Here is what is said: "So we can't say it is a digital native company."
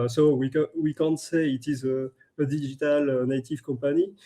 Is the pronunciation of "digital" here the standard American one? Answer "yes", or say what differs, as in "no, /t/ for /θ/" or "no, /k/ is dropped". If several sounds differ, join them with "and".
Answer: no, /ʒ/ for /dʒ/